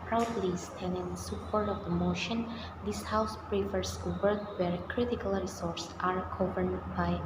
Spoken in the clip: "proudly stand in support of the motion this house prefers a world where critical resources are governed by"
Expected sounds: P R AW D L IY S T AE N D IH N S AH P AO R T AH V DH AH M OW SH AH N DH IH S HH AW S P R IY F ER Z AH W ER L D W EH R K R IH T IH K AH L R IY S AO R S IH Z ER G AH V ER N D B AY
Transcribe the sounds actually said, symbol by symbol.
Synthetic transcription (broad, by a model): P R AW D L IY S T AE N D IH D S AH P AO R T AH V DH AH M OW SH AH N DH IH S HH AW S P R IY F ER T AH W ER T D W EH R K R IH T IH K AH L R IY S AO R S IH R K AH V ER D B AY